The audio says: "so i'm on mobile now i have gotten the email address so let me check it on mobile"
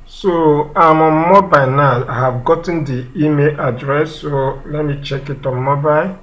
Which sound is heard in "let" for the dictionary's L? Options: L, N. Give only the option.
L